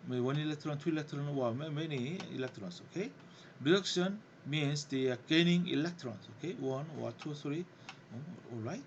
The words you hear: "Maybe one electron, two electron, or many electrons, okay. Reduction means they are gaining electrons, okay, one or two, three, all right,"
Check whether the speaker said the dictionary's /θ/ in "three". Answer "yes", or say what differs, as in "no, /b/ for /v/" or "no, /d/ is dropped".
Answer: no, /s/ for /θ/